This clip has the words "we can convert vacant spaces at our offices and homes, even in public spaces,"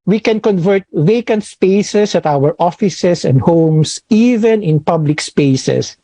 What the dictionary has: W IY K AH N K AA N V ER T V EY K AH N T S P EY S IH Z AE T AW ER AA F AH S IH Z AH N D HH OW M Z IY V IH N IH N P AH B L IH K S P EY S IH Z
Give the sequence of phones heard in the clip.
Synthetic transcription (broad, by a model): W IY K AH N K AA N V ER T V EY K AH N T S P EY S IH S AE T AW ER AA F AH S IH S AH N D HH OW M S IY V IH N IH N P AH B L IH K S P EY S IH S